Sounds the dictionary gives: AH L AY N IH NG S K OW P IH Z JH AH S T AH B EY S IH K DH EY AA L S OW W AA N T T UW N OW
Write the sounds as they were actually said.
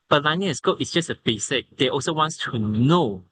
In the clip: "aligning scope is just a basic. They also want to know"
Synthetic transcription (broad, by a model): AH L AY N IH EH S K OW IH S JH AH S T AH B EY S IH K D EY AA L S OW W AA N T T UW N OW